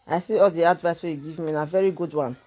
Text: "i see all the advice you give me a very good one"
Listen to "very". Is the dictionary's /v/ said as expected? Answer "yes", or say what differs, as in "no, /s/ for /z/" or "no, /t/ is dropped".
yes